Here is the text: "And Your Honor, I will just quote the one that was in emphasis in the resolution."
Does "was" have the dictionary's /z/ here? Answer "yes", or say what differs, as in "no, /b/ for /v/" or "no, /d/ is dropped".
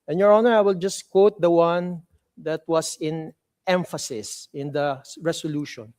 no, /s/ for /z/